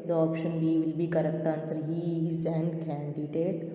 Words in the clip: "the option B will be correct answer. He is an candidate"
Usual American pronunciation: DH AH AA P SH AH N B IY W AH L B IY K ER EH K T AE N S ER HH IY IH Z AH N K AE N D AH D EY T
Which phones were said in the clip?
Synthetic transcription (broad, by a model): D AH AA P SH AH N B IY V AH L B IY K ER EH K T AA N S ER HH IY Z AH N K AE N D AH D EY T